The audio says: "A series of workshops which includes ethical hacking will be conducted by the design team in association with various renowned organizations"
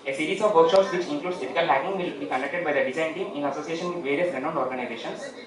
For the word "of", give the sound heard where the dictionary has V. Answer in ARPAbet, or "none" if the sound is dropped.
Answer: V